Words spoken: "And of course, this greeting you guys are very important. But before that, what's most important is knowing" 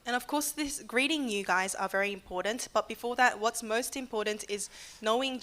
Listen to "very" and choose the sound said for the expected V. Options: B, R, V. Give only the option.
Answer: V